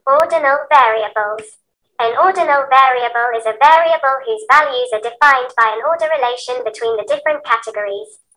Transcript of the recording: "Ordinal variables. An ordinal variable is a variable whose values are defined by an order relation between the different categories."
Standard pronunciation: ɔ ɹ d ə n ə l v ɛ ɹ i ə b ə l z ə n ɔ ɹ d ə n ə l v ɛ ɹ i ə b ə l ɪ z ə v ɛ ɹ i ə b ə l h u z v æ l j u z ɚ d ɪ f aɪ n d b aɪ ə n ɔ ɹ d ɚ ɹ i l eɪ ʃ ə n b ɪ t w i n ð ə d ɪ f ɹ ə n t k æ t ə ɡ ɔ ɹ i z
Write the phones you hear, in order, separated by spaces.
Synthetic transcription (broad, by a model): ɔ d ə n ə l v ɛ ɹ i ə b ə l z ə n ɔ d n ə l v ɛ ɹ i ə b ə l ɪ z ə v ɛ ɹ i ə b ə l h u z v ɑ l j u z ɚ d ɪ f aɪ n b aɪ ə n ɔ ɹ d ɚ ɹ i l eɪ ʃ ə n b ɪ t w i n ð ə d ɪ f ɹ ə n k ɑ t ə ɡ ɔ ɹ i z